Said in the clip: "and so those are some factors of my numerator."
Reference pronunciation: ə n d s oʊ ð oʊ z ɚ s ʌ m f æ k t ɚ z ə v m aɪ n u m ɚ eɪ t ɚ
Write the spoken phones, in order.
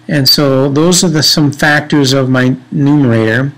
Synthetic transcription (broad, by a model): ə n s oʊ ð oʊ z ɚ s ʌ m f æ k t ɚ z ə v m aɪ n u m ɚ eɪ t ɚ